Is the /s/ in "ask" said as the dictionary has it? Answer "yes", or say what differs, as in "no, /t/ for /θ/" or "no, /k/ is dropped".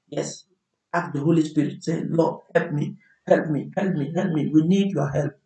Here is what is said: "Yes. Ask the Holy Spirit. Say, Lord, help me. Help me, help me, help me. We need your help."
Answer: no, /s/ is dropped